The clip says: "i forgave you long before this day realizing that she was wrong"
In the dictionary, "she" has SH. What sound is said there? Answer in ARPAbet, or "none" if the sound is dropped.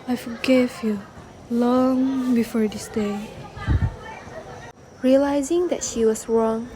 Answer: SH